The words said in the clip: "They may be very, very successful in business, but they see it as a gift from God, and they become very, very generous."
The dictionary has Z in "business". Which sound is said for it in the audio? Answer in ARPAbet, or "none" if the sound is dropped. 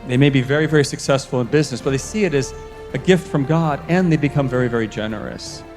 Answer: Z